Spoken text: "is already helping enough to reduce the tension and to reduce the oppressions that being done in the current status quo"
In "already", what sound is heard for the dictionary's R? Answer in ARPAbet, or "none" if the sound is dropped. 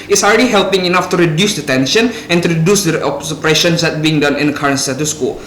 L